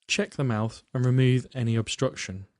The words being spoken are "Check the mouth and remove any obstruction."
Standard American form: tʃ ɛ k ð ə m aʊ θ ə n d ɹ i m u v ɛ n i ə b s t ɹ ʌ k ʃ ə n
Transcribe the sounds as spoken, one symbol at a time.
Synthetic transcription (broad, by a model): tʃ ɛ k ð ə m aʊ θ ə n ɹ i m u v ɛ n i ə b s t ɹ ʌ k ʃ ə n